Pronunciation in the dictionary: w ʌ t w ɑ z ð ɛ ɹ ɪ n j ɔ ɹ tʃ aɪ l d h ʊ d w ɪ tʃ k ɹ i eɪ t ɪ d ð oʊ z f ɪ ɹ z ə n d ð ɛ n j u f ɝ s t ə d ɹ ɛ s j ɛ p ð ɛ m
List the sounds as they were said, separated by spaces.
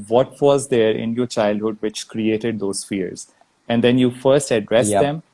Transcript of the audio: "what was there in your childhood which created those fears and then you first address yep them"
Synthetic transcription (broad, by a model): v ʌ t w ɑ z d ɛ ɹ ɪ n j ɔ ɹ tʃ aɪ l d h ʊ d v ɪ tʃ k ɹ i eɪ t ɪ d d oʊ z f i ɹ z ə n d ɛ n j u f ɝ s t ə d ɹ ɛ s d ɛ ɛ m